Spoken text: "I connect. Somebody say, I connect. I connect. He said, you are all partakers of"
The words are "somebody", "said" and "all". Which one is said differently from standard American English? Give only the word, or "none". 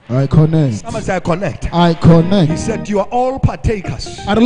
somebody